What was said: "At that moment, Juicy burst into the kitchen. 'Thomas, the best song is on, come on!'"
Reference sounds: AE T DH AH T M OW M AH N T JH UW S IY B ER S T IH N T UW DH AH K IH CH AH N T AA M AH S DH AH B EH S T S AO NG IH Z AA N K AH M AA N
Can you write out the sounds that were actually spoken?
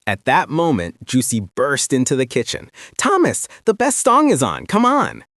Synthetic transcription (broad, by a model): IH T DH AH T M OW M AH N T JH UW S IY B ER S T IH N T UW DH AH K IH CH AH N T AA M AH S DH AH B EH S T S AO NG IH Z N K AH M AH N